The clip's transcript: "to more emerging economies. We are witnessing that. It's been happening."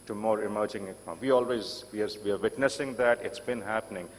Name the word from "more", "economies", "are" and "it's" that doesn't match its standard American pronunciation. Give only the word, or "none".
economies